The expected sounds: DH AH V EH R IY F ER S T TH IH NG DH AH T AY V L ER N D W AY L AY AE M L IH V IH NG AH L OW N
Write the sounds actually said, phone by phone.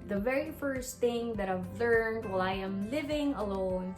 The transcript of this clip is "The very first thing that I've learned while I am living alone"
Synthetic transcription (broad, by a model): DH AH V EH R IY F ER S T TH IH NG DH AH T AY V L ER N D W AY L AY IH M L IH V IH NG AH L OW N